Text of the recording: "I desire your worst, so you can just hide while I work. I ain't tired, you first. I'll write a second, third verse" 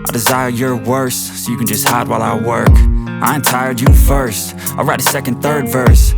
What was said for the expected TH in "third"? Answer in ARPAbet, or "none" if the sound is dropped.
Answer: TH